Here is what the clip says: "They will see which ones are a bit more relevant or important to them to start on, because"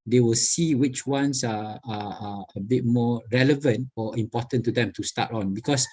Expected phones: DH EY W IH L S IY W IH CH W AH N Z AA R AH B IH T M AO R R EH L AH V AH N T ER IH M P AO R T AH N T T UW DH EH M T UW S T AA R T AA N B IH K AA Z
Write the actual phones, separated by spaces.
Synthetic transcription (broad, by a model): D EY W IH L S IY W IH CH W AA N S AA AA AH B IH T M AO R R EH L AH V AH N T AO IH M P AO T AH N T T UW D EH M T UW S T AA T AA N B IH K AA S